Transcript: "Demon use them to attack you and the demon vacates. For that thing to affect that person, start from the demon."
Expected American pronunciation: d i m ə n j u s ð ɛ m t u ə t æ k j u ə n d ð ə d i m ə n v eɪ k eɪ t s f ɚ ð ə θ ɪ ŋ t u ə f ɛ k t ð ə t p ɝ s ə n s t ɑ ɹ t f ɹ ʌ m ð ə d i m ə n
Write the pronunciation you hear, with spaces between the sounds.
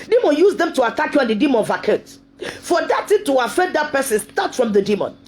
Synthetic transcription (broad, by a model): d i m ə n j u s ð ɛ m t u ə t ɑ k j u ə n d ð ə d i m ə n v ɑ k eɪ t f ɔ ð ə t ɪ t u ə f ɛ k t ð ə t p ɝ s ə n s t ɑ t f ɹ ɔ m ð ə d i m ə n